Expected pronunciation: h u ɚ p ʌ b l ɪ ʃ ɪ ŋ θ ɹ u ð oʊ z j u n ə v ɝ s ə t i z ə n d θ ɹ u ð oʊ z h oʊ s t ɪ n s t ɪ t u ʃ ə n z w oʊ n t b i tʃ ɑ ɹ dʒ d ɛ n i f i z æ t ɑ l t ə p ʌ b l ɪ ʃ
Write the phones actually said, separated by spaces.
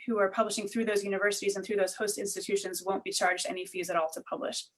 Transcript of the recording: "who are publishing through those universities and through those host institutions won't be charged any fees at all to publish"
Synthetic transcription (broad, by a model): h u ɚ p ʌ b l ɪ ʃ ɪ ŋ θ ɹ u ð oʊ z j u n ə v ɝ s ə t i z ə n θ ɹ u ð oʊ z h oʊ s t ɪ n s t ɪ t u ʃ ə n z w oʊ n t b i tʃ ɑ ɹ dʒ d ɛ n i f i z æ t ɑ l t ə p ʌ b l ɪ ʃ